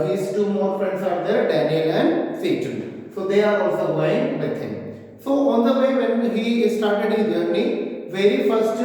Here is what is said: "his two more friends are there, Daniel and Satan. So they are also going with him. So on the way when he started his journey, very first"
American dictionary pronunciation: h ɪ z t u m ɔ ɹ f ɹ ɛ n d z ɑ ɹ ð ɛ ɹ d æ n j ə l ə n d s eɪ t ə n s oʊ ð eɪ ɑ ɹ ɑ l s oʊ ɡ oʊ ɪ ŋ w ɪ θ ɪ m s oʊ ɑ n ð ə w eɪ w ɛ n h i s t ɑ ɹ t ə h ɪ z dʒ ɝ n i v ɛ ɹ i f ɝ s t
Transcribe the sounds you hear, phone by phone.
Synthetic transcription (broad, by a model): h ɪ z t u m ɔ ɹ f ɹ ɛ n d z ɑ ɹ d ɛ ɹ d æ n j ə l ə n d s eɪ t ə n s oʊ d eɪ ɑ ɹ ɑ l s oʊ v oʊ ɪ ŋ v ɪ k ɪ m s oʊ ɑ n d ə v eɪ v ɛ n h i s t ɑ ɹ t ə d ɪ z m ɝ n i v ɛ ɹ i f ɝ s t